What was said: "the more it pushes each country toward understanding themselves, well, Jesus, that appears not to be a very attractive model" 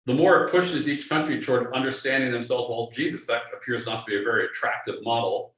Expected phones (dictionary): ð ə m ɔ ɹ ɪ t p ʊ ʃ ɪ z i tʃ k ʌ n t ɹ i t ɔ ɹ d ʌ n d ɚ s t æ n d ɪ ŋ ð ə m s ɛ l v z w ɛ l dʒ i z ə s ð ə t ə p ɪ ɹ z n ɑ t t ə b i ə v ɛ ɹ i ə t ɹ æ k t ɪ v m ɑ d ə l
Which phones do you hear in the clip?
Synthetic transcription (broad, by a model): ð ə m ɔ ɹ ɪ t p ʊ ʃ ɪ z i tʃ k ʌ n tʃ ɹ i t ɔ ɹ d ʌ n d ɚ s t æ n d ɪ ŋ ð ə m s ɛ l v z w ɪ l dʒ i z ə s ð ə t ə p ɪ ɹ z n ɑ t t ə b i ə v ɛ ɹ i ə t ɹ æ k t ɪ v m ɑ d l